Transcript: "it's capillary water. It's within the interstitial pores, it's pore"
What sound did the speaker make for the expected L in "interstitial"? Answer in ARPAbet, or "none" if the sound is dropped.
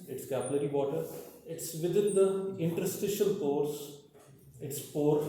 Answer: L